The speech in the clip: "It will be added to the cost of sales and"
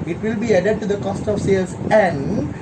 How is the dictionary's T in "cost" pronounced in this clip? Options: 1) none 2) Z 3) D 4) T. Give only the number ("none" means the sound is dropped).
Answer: 4